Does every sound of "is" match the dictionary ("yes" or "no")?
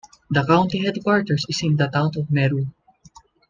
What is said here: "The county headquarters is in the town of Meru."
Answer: no